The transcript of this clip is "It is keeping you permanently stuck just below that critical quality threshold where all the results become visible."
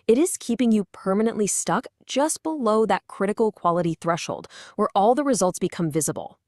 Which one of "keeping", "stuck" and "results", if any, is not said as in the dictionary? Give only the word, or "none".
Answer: none